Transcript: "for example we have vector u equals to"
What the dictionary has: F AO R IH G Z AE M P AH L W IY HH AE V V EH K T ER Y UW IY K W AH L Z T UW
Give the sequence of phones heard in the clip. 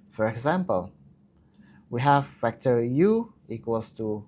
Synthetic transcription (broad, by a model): F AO R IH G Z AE M P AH L W IY HH AE V F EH K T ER Y UW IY K W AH L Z T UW